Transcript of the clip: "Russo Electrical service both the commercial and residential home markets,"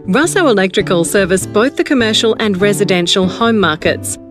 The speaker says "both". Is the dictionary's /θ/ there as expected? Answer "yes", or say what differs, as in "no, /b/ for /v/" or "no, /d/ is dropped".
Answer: yes